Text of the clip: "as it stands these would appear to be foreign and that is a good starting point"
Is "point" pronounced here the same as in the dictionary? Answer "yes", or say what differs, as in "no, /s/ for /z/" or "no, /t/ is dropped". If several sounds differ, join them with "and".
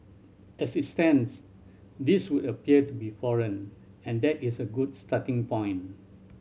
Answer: no, /t/ is dropped